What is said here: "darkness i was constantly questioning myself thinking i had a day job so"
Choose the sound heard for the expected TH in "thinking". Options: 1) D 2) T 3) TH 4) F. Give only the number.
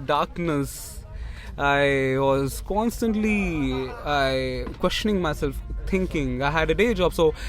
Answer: 2